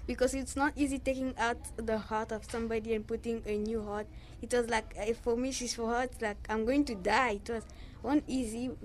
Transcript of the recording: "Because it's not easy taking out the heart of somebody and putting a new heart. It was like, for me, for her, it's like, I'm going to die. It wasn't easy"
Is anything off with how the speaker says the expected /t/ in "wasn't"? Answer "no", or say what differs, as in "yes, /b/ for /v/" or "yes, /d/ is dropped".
yes, /t/ is dropped